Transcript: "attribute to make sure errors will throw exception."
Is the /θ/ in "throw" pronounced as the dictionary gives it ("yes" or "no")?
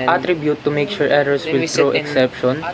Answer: no